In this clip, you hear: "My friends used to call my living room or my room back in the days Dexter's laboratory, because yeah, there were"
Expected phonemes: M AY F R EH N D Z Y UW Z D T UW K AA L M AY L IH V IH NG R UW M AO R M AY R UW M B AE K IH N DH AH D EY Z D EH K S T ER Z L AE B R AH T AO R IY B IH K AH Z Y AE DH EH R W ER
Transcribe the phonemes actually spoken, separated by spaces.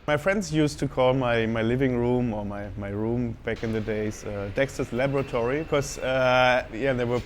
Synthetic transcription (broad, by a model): M AY F R EH N D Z Y UW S T UW K AA L M AY L IH V IH NG R UW M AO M M AY R UW M B AE K IH N DH AH D EY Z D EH K S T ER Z L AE B R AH T AO R IY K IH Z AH Y AE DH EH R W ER